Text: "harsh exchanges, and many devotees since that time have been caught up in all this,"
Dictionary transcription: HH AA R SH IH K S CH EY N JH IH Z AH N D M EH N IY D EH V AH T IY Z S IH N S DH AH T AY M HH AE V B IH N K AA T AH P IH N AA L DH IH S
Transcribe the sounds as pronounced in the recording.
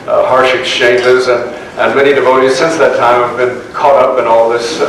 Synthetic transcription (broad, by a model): HH AA R SH IH K S CH EY N JH IH Z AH N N M EH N IY D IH V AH T IY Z S IH N S DH AH T AY M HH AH V B IH N K AA T AH P IH N AA L DH IH S